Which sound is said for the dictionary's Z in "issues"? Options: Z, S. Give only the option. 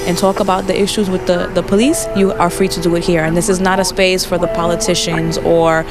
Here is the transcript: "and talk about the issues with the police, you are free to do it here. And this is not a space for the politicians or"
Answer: Z